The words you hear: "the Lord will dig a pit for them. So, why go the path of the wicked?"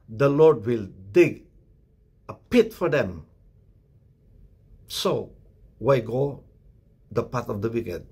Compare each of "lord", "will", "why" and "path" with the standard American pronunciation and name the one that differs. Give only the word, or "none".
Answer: path